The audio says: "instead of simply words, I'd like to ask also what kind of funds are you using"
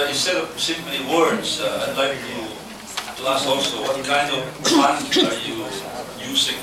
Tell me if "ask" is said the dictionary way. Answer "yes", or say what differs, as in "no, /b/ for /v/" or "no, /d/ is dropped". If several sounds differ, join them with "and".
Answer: no, /k/ is dropped